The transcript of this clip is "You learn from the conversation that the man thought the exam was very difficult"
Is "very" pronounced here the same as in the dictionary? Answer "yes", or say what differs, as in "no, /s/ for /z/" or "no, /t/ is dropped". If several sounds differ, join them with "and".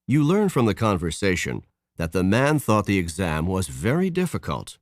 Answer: yes